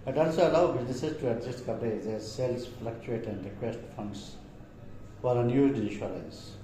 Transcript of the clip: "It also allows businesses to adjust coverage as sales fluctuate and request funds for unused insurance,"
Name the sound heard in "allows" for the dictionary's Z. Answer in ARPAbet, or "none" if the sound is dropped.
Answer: none